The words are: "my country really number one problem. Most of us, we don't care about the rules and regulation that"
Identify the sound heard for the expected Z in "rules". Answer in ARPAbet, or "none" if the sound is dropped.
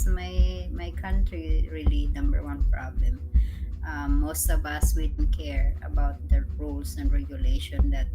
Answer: S